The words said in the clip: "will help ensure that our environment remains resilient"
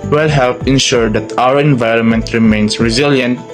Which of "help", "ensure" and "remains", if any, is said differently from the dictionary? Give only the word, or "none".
remains